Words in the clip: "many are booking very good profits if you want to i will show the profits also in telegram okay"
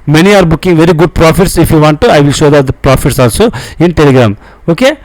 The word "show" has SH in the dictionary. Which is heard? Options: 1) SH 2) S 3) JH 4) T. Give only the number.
1